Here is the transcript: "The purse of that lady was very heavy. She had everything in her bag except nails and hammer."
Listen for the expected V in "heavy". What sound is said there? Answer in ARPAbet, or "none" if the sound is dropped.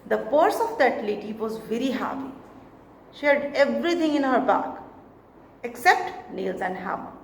P